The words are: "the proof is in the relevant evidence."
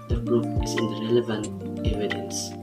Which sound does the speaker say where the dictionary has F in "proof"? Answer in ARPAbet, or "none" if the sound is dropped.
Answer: P